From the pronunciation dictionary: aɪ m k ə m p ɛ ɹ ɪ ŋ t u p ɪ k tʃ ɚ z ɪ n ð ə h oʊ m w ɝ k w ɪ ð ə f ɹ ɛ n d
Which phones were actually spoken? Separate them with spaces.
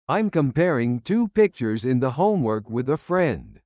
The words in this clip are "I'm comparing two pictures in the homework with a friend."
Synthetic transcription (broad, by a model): aɪ m k ə m p ɛ ɹ ɪ ŋ t u p ɪ k tʃ ɚ z ɪ n ð ə h oʊ m w ɝ k w ɪ ð ə f ɹ ɛ n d